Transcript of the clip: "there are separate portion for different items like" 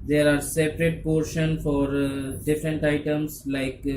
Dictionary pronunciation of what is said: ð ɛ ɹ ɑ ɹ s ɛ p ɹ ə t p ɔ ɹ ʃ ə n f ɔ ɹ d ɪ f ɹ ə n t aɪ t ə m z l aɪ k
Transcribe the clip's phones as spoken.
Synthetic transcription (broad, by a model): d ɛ ɹ ɑ ɹ s ɛ p ɹ ə t p ɔ ɹ ʃ ə n f ɔ ɹ d ɪ f ɹ ə n t aɪ t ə m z l aɪ k